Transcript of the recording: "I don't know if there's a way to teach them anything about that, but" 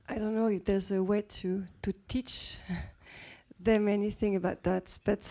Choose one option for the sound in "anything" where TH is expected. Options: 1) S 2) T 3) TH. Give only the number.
3